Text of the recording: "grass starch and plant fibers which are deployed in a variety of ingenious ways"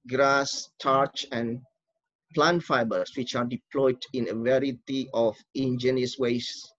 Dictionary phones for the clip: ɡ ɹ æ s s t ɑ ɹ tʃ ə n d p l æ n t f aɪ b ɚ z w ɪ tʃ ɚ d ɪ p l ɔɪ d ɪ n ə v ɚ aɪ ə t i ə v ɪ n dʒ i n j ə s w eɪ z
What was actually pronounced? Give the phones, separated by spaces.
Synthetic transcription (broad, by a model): ɡ ɹ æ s s t ɑ ɹ tʃ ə n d p l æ n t f aɪ b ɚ s w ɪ tʃ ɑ d ɪ p l ɔɪ d ɪ n ə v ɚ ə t i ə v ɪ n dʒ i n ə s w eɪ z